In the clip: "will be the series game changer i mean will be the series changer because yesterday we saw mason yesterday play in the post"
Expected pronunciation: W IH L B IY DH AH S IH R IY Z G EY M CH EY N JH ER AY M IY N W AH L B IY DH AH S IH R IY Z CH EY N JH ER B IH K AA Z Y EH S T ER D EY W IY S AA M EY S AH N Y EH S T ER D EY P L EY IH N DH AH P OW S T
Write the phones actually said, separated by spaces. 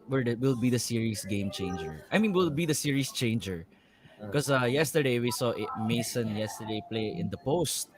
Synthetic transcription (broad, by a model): W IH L B IY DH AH S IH R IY S G EY M CH EY N JH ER AY M IY N W AH L B IY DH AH S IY R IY S CH EY N JH ER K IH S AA Y EH S T ER D EY W IY S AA M EY S AH N Y EH S T ER D EY P L EY IH N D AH P OW S T